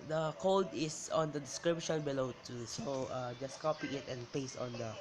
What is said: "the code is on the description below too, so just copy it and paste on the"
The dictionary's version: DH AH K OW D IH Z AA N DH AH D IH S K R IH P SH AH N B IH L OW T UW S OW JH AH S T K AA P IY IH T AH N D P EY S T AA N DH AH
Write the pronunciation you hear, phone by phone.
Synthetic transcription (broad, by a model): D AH K OW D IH S AA N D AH D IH S K R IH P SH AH N B IH L OW T UW S OW JH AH S K AA P IY IH T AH N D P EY S AA N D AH